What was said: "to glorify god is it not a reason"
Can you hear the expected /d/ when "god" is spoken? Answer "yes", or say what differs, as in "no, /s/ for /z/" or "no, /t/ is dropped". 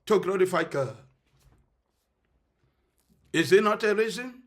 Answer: no, /d/ is dropped